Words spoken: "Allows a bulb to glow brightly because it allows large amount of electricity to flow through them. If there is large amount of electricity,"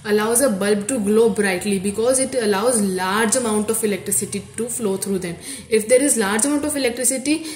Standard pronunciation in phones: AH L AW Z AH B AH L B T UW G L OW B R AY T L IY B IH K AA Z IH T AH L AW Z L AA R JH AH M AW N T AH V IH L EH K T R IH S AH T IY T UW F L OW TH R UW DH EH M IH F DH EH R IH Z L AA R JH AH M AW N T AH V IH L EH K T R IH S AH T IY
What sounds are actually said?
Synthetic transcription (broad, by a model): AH L AW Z AH B AH L B T UW G L OW B R AY T L IY B IH K AA Z IH T AH L AW Z L AA R JH AH M AW N T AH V IH L EH K T R IH S AH T IY T UW F L OW T R UW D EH M IH F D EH R IH Z L AA R JH AH M AW N T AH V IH L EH K T R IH S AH T IY